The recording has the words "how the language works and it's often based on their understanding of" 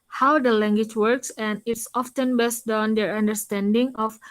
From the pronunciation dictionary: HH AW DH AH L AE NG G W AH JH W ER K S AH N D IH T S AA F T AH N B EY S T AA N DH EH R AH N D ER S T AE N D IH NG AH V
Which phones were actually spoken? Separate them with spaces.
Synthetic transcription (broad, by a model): HH AW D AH L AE NG G W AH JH W ER K S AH N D IH T S AA F T AH N B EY S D AA N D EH R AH N D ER S T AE N D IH NG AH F